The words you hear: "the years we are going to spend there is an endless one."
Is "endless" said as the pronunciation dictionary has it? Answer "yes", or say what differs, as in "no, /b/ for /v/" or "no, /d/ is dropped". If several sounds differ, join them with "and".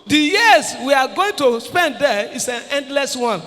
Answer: yes